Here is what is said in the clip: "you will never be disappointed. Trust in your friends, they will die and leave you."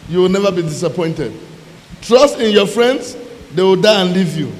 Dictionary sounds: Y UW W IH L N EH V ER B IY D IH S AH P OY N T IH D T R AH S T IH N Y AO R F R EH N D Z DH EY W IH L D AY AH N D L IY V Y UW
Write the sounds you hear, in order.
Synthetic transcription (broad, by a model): Y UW W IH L N EH V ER B IY D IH S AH P OY N T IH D T R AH S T IH N Y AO F R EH N D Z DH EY W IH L D AY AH N L IY V Y UW